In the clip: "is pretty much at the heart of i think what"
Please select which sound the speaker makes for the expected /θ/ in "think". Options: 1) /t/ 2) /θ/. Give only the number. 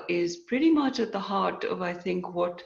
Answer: 2